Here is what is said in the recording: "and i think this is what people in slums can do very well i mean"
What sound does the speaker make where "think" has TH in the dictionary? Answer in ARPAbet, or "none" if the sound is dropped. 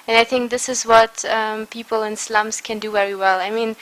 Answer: TH